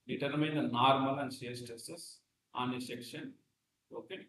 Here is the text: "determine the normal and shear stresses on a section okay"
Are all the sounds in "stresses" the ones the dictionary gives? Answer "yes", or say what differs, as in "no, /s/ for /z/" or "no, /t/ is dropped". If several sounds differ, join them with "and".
no, /s/ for /z/